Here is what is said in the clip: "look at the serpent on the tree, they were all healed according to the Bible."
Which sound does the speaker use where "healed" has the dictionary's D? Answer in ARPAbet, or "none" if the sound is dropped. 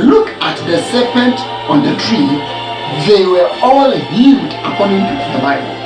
D